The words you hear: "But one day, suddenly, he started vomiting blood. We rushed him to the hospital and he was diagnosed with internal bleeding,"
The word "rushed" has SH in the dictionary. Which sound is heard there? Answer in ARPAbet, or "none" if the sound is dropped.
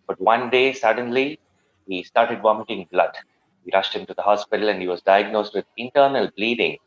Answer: SH